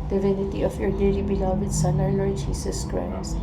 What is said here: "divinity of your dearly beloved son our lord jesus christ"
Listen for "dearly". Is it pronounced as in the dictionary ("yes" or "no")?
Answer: no